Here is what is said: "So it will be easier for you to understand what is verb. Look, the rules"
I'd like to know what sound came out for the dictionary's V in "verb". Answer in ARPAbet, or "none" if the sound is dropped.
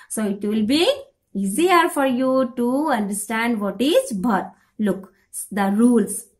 B